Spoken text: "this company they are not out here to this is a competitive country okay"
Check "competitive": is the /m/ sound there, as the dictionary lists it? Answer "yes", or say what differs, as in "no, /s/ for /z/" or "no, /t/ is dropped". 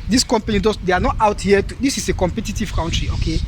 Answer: yes